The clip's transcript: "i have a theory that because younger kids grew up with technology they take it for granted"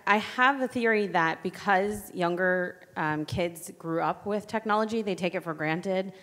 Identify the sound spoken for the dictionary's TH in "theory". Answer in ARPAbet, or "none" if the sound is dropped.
TH